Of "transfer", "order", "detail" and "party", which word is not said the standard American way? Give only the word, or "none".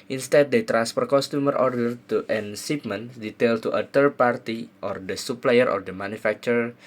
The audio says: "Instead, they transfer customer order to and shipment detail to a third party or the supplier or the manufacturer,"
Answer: transfer